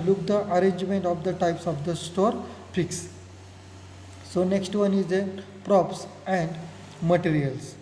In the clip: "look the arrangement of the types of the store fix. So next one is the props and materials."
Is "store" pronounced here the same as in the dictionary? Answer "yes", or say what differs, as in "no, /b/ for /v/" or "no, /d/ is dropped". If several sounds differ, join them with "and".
yes